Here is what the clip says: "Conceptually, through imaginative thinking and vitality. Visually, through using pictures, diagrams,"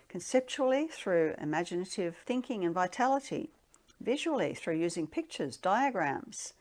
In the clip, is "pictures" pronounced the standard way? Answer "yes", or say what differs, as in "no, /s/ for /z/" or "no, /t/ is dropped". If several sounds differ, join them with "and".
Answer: yes